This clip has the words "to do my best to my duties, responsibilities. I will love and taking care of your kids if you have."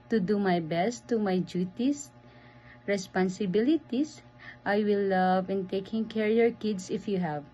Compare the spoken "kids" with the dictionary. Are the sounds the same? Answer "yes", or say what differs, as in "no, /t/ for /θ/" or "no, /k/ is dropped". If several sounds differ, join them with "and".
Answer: no, /s/ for /z/